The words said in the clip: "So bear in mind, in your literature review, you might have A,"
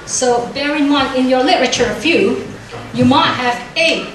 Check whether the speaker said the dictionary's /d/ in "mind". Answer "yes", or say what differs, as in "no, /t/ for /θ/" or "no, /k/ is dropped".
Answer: no, /d/ is dropped